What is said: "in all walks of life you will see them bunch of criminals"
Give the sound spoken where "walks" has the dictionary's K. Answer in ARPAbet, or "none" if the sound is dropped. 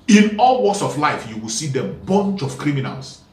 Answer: none